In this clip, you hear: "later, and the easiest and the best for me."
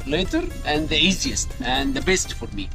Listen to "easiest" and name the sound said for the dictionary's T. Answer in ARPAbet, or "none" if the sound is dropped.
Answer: T